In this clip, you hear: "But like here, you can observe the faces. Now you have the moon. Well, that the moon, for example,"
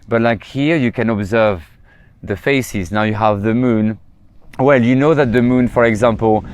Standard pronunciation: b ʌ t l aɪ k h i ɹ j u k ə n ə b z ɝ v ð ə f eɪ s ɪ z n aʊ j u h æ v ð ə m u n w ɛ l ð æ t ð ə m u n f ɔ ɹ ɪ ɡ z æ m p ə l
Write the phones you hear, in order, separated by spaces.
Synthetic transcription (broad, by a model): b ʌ t l aɪ k h i ɹ j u k ə n ə b z ɝ v ð ə f eɪ s ɪ z n aʊ j u h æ v ð ə m u n w ɛ l ð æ t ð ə m u n f ɔ ɹ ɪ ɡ z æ m p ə l